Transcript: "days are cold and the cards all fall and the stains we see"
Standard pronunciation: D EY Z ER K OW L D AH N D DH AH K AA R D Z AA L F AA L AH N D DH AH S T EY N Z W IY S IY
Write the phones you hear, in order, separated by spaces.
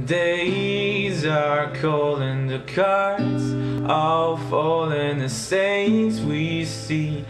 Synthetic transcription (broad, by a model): D EY Z ER K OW L AH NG DH AH K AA R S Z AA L F AA L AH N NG DH AH S EY N S W IY S IY